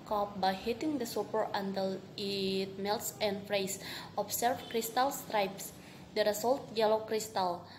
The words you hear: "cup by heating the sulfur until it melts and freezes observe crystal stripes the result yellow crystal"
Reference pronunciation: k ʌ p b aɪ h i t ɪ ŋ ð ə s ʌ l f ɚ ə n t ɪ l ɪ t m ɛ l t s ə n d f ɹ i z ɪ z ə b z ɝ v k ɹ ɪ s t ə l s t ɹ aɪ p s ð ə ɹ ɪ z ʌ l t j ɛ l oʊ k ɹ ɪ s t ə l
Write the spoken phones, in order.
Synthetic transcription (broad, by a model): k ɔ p b aɪ h i t ɪ ŋ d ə s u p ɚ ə n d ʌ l ɪ t m ɛ l t s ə n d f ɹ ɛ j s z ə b s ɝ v k ɹ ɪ s t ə l s t ɹ aɪ p s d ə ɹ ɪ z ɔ l t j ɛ l oʊ k ɹ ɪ s t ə l